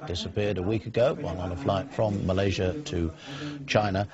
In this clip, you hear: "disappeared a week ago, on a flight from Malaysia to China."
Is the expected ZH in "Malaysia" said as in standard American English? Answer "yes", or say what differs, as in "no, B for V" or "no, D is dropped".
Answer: yes